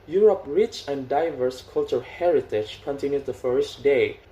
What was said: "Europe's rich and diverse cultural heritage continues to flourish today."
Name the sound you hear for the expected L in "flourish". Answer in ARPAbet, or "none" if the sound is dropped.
none